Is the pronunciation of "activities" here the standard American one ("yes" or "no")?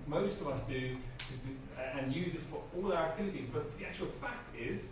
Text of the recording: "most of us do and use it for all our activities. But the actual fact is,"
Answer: yes